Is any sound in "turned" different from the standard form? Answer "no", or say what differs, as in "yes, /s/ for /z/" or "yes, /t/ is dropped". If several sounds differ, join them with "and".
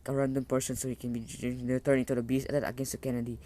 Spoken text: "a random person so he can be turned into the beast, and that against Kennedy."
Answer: yes, /d/ is dropped